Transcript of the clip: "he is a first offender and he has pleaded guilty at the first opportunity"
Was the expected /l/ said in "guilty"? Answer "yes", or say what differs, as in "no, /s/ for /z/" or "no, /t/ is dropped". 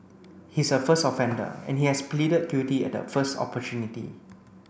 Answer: no, /l/ is dropped